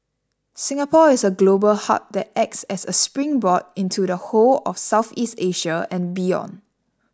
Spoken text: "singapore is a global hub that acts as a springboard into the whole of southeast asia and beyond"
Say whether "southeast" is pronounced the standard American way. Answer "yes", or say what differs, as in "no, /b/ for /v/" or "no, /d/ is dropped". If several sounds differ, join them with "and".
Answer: yes